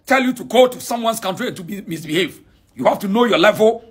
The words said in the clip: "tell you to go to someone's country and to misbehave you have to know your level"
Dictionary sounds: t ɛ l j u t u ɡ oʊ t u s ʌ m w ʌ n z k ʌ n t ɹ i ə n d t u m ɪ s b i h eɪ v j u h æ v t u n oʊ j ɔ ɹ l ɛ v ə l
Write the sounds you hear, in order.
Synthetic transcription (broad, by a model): t ɛ l j u t u ɡ oʊ t u s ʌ m w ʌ n s k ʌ n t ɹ i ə n t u m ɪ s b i h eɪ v j u h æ f t u n oʊ j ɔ l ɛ v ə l